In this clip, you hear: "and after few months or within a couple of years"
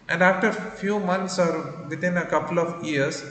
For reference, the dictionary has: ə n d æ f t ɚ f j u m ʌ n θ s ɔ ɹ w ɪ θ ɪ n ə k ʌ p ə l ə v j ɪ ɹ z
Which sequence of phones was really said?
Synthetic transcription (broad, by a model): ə n d æ f t ɚ f j u m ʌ n t s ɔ ɹ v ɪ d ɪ n ə k ʌ p ə l ə v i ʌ ɹ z